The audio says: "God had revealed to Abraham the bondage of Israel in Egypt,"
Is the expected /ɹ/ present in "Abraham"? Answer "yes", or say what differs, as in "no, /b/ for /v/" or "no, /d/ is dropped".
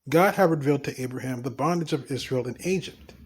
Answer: yes